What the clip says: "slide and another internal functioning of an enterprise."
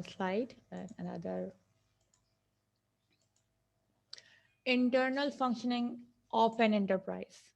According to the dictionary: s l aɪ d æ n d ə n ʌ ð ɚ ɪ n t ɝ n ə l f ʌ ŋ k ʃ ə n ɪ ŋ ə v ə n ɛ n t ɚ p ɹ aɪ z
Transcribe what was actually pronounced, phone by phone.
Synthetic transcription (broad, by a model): s l aɪ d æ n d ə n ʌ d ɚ ɪ n t ɝ n ə l f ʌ ŋ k ʃ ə n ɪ ŋ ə p ə n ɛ n t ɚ p ɹ aɪ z